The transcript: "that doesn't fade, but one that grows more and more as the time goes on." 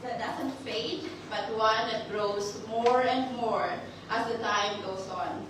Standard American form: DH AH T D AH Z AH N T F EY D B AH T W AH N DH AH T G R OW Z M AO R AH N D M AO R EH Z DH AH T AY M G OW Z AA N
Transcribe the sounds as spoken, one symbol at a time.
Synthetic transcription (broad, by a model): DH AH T D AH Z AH N T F EY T B AH T W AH N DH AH T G R OW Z M AO R AH N D M AO R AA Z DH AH T AY M G OW S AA N